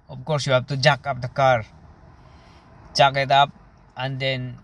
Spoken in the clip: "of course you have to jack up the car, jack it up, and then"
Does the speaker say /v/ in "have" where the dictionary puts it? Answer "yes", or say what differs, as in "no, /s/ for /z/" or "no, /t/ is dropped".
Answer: no, /b/ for /v/